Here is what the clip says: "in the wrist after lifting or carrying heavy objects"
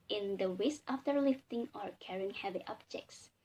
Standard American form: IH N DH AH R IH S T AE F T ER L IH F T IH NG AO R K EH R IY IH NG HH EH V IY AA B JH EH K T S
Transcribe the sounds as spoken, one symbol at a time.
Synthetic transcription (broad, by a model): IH N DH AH W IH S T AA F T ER L IH F T IH NG AO R K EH R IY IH NG HH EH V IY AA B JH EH K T S